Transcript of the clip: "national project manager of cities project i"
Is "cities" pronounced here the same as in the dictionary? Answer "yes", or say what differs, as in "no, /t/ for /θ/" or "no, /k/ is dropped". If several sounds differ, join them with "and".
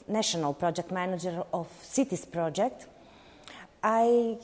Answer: no, /s/ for /z/